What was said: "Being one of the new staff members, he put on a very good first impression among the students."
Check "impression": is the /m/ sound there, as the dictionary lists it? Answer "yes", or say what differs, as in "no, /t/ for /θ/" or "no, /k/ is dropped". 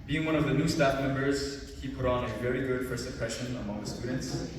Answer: no, /m/ is dropped